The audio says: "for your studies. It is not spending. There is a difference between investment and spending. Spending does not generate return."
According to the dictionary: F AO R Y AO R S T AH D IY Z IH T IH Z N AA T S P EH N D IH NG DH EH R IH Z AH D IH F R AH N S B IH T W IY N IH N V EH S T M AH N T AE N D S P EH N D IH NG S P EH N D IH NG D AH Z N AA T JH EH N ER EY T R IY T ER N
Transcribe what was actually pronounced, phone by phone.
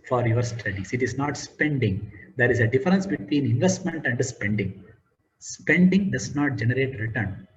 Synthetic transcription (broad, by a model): F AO R Y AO R S T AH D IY S IH T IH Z N AA T S P EH N D IH NG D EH R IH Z AH D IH F R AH N S B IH T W IY N IH N V EH S T M AH N T AE N D S P EH N D IH NG S P EH N D IH NG D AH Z N AA T JH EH N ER EY T R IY T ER N